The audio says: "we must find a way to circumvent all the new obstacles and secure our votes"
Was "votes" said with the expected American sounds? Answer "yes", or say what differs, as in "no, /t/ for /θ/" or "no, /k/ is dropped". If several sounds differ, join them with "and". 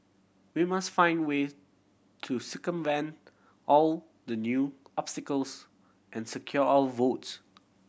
yes